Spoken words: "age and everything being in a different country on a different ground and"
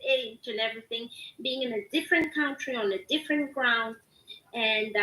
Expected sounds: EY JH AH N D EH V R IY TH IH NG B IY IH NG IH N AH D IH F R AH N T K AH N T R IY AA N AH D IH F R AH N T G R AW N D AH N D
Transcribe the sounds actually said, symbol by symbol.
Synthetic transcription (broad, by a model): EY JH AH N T EH V R IY TH IH NG B IY IH NG IH N AH D IH F R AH N K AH N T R IY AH N AH D IH F R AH N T G R AW N D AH N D